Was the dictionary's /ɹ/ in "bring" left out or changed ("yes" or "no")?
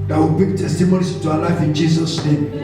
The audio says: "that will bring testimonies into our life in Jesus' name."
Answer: yes